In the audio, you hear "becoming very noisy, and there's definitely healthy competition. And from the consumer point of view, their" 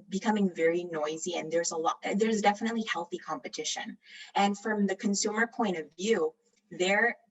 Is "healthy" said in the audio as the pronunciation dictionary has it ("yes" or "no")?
yes